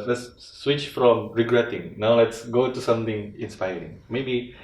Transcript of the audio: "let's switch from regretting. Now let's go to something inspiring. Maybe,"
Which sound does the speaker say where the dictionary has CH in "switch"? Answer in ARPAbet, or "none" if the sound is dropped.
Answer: CH